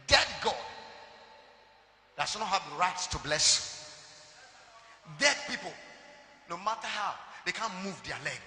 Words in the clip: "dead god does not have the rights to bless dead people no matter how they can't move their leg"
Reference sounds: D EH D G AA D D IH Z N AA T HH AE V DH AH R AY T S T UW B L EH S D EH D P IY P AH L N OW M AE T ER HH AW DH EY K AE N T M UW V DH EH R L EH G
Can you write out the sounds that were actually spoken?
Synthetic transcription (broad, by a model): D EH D G AA D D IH S N AA T HH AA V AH R AY T S T UW B L EH S D EH D P IY P AH L N OW M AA T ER HH AW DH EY K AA N M UW V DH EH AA L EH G